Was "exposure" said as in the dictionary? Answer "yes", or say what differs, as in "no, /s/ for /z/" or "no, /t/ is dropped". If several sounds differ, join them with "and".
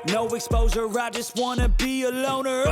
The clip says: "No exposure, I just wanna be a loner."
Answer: no, /z/ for /ʒ/